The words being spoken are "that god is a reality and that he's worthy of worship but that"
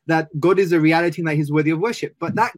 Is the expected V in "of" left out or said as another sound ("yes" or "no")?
no